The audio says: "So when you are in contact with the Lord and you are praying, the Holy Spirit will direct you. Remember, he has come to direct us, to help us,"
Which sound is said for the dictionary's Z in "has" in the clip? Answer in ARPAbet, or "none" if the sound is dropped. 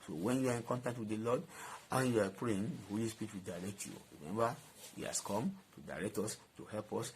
S